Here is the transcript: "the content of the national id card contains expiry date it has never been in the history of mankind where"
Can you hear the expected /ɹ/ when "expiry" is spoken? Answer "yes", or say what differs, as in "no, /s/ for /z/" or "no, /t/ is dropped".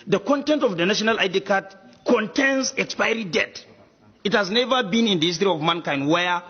yes